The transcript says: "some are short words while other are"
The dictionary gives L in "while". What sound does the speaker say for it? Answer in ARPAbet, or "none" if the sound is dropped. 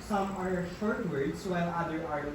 N